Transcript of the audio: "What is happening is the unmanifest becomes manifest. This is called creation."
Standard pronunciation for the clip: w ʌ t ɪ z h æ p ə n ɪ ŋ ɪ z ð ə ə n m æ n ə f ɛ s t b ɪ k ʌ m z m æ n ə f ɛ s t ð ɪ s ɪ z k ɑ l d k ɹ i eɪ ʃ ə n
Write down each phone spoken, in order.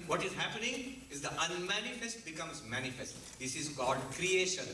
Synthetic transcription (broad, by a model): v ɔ t ɪ z h æ p ə n ɪ ŋ ɪ z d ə ə n m æ n ə f ɛ s t b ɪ k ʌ m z m æ n ə f ɛ s t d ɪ s ɪ z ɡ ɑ d k ɹ i eɪ ʃ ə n